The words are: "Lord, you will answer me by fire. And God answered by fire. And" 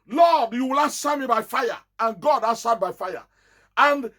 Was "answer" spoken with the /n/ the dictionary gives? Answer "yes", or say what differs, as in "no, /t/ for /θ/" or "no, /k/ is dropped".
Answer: no, /n/ is dropped